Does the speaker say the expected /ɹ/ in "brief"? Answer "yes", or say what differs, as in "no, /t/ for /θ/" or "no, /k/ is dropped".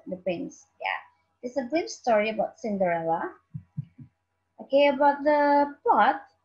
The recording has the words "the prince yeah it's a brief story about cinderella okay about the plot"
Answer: no, /ɹ/ is dropped